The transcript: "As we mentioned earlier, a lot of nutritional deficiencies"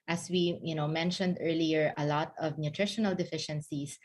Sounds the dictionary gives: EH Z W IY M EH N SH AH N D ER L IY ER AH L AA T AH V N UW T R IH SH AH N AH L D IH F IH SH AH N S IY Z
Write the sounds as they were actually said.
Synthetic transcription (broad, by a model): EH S W IY M EH N SH AH N D ER L IY ER AH L AA T AH V N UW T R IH SH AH N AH L D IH F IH SH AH N S IY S